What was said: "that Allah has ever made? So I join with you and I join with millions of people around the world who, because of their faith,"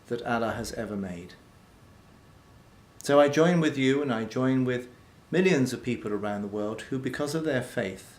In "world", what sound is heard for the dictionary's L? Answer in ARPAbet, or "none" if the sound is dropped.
L